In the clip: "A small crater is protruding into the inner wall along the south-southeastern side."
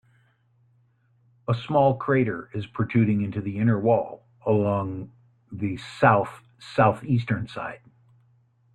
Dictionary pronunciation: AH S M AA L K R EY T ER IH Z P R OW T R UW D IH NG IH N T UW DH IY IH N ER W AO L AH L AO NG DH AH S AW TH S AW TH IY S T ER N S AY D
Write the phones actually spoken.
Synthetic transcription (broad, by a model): AH S M AA L K R EY T ER IH Z P R T UW D IH NG IH N T UW DH IY IH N ER W AO L AH L AO NG DH AH S AW TH S AW TH IY S T ER N S AY D